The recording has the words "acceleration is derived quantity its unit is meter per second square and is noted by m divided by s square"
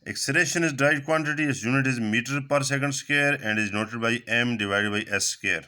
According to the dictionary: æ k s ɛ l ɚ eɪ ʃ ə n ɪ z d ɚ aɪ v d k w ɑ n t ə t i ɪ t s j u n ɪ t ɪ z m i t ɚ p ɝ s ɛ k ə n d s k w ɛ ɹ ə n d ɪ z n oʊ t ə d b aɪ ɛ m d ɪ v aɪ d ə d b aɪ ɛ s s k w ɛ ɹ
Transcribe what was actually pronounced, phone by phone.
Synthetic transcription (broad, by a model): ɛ k s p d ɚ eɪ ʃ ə n ɪ z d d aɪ d k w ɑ n t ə t i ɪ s j u n ɪ t ɪ z m i t ɚ p ɝ s ɛ k ə n d s k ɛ ɹ ə n d ɪ z n oʊ t ə d b aɪ ɛ m d ɪ v aɪ d ə d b aɪ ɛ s s k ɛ ɹ